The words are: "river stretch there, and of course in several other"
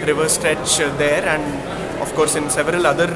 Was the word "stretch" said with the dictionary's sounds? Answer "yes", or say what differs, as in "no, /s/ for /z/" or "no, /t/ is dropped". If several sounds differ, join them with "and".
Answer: yes